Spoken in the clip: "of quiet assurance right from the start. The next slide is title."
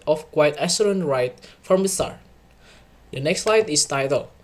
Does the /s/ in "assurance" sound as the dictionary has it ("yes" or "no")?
no